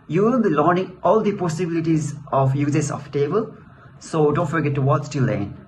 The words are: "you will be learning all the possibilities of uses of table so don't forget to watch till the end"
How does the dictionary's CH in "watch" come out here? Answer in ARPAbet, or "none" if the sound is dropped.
S